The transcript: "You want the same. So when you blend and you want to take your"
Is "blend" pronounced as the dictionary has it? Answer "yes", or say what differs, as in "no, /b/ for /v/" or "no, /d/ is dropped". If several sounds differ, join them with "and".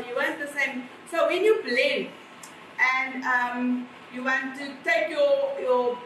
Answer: no, /d/ is dropped